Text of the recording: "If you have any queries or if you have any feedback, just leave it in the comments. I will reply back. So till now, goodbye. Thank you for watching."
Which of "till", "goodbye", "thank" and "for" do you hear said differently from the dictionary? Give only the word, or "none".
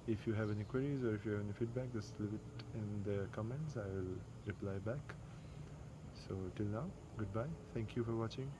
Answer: thank